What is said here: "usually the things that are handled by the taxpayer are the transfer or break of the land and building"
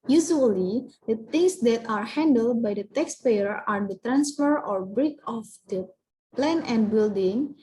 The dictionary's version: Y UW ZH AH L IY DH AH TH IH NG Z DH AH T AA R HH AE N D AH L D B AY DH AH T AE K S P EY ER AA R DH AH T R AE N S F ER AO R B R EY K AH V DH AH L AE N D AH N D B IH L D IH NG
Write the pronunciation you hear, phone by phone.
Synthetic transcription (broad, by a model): Y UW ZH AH L IY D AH T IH NG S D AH T AA R HH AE N D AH L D B AY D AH T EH K S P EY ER AA R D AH T R AE N S F ER AO R B R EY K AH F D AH L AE N AH N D B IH L D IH NG